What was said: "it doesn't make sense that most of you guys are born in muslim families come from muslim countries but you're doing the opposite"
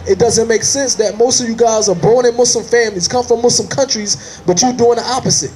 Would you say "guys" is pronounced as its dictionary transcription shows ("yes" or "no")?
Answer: yes